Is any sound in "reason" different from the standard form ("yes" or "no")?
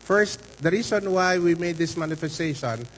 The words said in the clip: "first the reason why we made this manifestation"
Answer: yes